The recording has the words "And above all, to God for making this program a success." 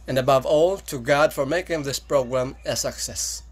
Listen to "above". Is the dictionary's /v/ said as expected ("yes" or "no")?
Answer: yes